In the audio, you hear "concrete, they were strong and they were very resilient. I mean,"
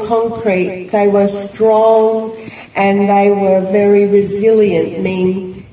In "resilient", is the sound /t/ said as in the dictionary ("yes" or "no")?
yes